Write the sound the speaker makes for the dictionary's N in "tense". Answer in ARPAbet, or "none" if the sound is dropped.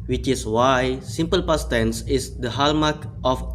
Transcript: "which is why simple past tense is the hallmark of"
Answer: N